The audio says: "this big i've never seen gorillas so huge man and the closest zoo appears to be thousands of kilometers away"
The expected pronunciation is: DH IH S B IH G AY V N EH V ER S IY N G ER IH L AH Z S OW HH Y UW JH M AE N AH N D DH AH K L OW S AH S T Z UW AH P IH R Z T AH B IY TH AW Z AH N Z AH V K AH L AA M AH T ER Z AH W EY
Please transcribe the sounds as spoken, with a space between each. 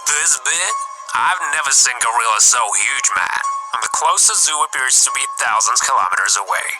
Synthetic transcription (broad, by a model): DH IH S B IH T AY V N EH V ER S IY N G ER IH L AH S OW HH Y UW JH M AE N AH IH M DH AH K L OW S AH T Z UW AH P IH R Z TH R IY TH AW Z AH N Z K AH L AA M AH T ER Z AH W EY